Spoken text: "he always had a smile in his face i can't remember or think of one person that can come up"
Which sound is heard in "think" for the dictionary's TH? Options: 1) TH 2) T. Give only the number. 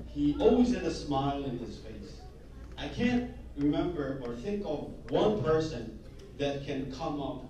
1